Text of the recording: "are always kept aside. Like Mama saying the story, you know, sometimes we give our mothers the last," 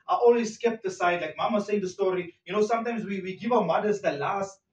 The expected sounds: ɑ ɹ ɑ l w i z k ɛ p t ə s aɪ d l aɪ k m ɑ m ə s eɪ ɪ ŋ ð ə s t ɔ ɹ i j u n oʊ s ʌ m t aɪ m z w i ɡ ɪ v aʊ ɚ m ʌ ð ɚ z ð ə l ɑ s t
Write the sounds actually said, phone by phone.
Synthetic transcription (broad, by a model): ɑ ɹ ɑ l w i s k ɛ p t ə s aɪ d l aɪ k m ɑ m ə s eɪ ɪ ŋ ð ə s t ɔ ɹ i j u n oʊ s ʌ m t aɪ m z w i ɡ ɪ v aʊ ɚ m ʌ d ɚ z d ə l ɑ s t